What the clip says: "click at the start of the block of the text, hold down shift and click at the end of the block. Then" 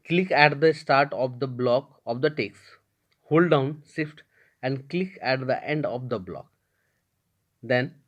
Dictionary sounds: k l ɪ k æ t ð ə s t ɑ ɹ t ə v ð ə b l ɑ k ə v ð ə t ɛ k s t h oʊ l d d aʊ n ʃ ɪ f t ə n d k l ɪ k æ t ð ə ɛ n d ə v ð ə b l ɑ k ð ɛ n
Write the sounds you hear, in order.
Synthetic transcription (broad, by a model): k l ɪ k æ t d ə s t ɑ ɹ t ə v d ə b l ɑ k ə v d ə t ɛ k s h oʊ l d d aʊ n s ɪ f t ə n d k l ɪ k æ t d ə ɛ n d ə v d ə b l ɑ k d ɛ n